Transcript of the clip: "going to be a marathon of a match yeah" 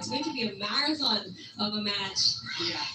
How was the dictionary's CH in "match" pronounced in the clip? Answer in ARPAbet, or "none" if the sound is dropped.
CH